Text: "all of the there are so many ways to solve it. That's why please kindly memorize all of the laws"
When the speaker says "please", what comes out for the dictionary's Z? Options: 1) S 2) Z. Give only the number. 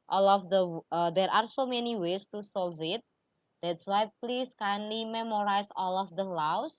1